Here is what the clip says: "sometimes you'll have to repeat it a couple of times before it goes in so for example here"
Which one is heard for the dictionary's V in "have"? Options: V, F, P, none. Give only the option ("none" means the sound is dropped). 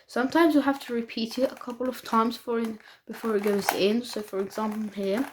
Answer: F